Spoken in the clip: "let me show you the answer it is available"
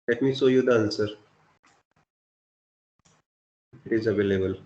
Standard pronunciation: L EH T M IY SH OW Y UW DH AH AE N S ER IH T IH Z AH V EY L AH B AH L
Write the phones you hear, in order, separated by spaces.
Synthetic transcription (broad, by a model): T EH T M IY S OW Y UW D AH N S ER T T IH Z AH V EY L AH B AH L